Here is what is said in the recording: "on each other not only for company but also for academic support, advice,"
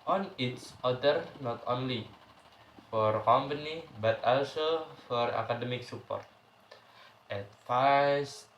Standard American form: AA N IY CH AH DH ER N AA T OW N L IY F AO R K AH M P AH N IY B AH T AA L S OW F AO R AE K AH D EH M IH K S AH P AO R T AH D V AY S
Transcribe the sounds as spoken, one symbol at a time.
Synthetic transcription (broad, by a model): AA N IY S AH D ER N AA T OW N L IY F AO R K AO M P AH N IY B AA T AA L S OW F AO R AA K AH D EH M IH K S AH P AO R T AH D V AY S